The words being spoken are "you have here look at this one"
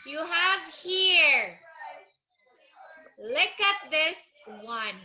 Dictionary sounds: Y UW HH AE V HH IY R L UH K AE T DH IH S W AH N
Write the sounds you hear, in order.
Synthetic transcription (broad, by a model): Y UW HH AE V HH IY R L UH K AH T DH IH S W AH N